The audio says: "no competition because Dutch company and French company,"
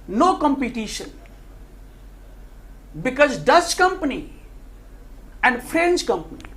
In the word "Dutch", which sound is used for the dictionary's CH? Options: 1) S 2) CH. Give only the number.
1